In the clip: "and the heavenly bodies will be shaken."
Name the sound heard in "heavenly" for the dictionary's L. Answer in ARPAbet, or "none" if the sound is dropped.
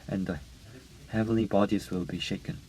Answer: L